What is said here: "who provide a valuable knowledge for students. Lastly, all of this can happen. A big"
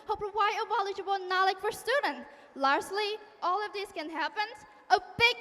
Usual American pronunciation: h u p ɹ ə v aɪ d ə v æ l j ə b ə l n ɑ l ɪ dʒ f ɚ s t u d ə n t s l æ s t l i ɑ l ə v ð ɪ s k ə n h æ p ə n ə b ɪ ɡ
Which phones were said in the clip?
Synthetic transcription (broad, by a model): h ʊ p w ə ɪ ə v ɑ l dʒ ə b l n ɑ l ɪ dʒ f ɚ s t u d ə n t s l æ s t l i ɑ l ə v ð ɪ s k ə n h æ p ə n ə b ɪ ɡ